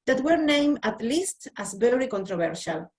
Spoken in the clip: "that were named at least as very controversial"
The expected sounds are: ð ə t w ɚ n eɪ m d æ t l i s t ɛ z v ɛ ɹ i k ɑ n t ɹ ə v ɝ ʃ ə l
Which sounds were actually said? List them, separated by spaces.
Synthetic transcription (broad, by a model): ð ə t w ɚ n eɪ m æ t l i s t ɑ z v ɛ ɹ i k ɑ n t ɹ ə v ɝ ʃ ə l